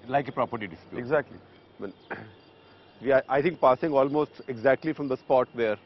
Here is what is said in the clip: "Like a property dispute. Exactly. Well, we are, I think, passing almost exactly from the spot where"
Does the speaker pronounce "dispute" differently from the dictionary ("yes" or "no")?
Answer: yes